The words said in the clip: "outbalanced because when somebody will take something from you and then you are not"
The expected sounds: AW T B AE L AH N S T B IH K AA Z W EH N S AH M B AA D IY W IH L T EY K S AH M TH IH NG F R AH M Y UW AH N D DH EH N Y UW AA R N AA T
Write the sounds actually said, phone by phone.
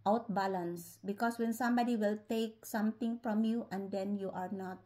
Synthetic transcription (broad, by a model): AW T B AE L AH N S B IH K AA S W EH N S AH M B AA D IY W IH L T EY K S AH M T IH NG F R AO M Y UW AH N D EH N Y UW AA R N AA T